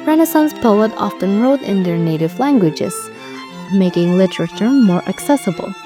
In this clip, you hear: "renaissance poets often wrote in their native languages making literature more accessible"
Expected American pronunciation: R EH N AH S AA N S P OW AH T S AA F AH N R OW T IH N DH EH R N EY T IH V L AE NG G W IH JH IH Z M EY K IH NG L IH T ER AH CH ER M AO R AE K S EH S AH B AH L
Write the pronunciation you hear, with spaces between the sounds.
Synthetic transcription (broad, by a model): R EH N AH S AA N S P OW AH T AA F AH N R OW T IH N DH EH R N EY T IH V L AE NG G W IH JH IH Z M EY K IH NG L IH T ER AH CH ER M AO R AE K S EH S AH B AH L